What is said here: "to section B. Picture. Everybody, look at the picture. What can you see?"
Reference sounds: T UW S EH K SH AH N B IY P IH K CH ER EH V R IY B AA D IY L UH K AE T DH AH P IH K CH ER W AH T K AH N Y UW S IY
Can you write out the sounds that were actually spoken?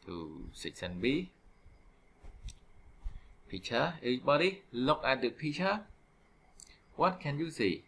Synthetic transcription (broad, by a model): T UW S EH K S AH N B IY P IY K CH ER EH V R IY B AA D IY L UH K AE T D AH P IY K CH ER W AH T K AH N Y UW S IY